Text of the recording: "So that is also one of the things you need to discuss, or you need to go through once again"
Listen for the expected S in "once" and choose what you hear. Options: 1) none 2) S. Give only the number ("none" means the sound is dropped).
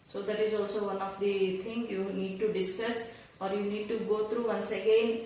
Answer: 2